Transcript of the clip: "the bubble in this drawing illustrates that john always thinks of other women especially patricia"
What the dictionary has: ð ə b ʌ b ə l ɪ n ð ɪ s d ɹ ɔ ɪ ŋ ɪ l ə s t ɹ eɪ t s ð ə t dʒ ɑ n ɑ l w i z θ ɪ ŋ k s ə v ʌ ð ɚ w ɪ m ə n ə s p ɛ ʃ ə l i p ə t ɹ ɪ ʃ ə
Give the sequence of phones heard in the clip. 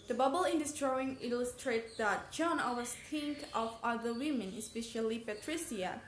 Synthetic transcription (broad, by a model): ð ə b ʌ b ə l ɪ n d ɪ s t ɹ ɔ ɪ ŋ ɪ l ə s t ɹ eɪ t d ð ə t dʒ ɑ n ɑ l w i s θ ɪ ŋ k ə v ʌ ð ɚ w ɪ m ə n ə s p ɛ ʃ ə l i p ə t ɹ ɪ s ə